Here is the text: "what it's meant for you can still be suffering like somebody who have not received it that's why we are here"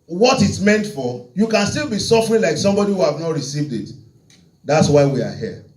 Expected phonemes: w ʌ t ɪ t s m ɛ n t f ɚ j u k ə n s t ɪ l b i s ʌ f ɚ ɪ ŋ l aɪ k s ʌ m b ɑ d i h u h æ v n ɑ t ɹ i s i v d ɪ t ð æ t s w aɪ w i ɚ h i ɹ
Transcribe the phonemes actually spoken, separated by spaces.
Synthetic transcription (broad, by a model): w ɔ t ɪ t m ɛ n t f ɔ j u k ə n s t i l b i s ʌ f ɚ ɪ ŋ l aɪ k s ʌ m b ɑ d i h u h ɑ v n ɑ t ɹ i s i v d ɪ t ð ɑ t s w aɪ w i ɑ h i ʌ